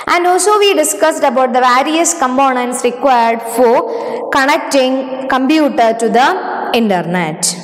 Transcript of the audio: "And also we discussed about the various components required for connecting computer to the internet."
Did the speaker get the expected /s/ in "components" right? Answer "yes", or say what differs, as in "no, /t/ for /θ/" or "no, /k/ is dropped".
yes